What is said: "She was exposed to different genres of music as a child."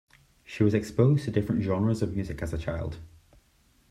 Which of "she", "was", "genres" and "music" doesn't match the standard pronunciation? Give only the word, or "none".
none